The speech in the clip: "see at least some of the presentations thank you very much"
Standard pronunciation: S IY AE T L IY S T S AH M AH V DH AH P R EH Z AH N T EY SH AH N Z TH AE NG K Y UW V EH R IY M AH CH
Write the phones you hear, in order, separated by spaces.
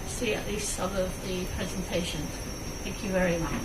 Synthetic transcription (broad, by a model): S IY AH T L IY S T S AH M AH V DH AH P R EH Z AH N T EY SH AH N TH AE NG K Y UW V EH R IY M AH CH